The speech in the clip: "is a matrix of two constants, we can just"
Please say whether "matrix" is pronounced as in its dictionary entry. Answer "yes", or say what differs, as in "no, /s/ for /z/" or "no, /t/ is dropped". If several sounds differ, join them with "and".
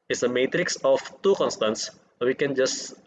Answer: yes